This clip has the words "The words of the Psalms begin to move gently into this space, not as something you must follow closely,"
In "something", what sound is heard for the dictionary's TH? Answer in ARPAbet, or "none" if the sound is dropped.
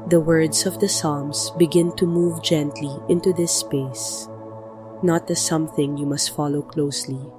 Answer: TH